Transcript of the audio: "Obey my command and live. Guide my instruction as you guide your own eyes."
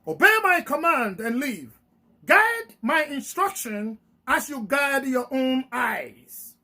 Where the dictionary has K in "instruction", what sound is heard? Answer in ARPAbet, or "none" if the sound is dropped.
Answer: K